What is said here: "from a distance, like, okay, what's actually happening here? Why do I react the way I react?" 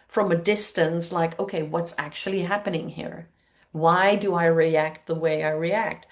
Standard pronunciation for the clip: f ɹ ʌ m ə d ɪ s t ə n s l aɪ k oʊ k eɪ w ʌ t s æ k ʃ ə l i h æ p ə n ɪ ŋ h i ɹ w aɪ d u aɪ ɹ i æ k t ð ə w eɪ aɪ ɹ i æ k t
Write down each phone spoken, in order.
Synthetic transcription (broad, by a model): f ɹ ʌ m ə d ɪ s t ə n s l aɪ k oʊ k eɪ w ʌ t s æ k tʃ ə l i h æ p ə n ɪ ŋ h i ɹ w aɪ d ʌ aɪ ɹ i æ k t ð ə w eɪ aɪ ɹ i æ k t